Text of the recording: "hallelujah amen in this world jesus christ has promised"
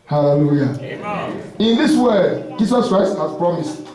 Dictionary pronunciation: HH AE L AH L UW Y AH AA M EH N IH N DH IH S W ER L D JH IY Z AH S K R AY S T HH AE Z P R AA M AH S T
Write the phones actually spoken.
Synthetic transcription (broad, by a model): HH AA L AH L UW Y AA IH N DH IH S W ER D JH IY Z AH S K R AY S T HH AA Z P R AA M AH S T